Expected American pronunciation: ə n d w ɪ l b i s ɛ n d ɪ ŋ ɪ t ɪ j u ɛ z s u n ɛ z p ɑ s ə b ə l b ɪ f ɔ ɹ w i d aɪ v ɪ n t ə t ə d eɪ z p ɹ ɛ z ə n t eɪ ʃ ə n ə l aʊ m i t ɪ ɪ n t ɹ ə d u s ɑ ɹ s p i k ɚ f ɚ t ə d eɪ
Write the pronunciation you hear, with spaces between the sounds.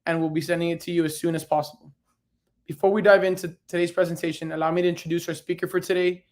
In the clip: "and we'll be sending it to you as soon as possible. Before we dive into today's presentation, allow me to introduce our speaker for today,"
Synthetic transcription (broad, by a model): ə n w ɪ l b i s ɛ n d ɪ ŋ ɪ t ɪ j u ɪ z s u n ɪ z p ɑ s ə b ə l b ɪ f ɔ ɹ w i d aɪ v ɪ n t ə t ə d eɪ z p ɹ ɛ z ə n t eɪ ʃ ə n ə l aʊ m i t ɪ ɪ n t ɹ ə d u s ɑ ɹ s p i k ɚ f ɚ t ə d eɪ